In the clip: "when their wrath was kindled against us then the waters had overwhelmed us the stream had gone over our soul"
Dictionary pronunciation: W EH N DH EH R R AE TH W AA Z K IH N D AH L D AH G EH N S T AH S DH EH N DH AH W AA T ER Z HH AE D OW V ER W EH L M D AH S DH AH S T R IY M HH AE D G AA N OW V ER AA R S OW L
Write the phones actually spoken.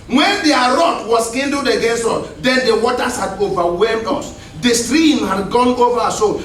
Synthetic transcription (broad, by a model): W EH N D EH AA R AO T W AA S K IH N D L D AH G EH N S T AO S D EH N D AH W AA T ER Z HH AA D OW V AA W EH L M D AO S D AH S T R IY M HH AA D G AA N OW V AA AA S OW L